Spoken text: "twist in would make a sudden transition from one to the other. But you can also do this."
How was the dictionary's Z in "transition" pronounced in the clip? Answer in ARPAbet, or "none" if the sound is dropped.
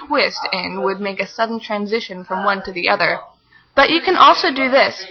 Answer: Z